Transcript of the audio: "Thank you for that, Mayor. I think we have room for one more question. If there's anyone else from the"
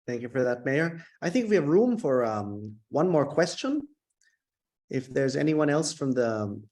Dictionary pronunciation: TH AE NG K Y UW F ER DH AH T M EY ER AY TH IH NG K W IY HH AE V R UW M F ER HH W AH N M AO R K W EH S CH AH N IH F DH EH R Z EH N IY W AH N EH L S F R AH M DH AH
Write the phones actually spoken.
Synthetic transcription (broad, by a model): TH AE NG K Y UW F ER DH AH T M EY ER AY TH IH NG K W IY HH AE V R UW M F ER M W AH N M AO R K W EH S CH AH N IH F DH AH R Z EH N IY W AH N EH L S F R AH M DH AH